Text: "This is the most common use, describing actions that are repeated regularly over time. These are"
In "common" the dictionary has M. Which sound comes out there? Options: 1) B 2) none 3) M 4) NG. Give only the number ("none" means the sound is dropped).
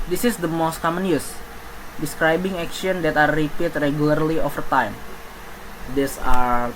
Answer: 3